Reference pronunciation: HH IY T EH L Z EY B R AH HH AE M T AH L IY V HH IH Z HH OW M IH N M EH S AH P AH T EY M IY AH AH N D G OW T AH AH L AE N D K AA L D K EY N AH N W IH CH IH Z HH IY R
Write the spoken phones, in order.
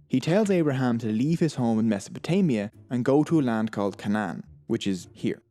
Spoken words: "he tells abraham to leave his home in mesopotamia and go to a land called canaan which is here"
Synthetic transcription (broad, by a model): HH IY T EH L Z EY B R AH HH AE M T AH L IY V IH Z HH OW M IH N M EH S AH P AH T EY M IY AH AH N G OW T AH AH L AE N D K AA L D K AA N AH N W IH CH IH Z HH IY R